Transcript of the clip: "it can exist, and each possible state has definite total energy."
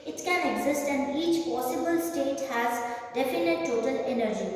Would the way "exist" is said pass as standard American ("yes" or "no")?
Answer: yes